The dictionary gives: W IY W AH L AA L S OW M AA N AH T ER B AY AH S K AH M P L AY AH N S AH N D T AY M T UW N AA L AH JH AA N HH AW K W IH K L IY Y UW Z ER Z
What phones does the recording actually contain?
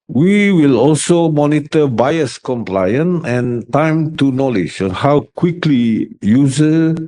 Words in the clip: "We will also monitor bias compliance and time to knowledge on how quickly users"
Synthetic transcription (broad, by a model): W IY W AH L AA L S OW M AA N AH T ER B AY AH S K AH M P L AY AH N AH N T AY M T UW N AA L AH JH AA N HH AW K W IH K L IY Y UW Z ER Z